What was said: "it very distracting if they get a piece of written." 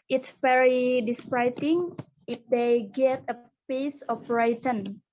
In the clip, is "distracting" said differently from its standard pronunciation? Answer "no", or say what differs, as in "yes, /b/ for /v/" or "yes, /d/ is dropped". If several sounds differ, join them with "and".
yes, /k/ is dropped